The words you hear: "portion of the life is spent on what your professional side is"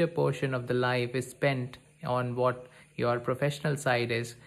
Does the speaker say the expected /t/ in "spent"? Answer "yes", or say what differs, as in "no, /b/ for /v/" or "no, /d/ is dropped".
yes